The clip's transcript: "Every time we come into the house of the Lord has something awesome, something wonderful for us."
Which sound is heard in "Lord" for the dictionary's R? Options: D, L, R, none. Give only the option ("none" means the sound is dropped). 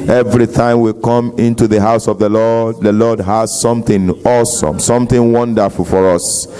L